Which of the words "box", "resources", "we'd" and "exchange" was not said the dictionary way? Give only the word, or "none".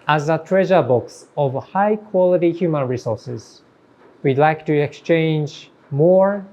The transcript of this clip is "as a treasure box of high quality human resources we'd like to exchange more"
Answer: none